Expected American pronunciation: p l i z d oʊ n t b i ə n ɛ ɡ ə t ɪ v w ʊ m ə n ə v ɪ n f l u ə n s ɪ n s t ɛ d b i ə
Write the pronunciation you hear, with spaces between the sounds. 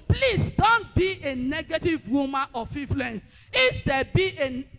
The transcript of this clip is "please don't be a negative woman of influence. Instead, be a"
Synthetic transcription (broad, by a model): p l i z d oʊ n t b i ə n ɛ ɡ ə t ɪ v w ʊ m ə n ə f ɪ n f l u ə n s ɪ s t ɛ b i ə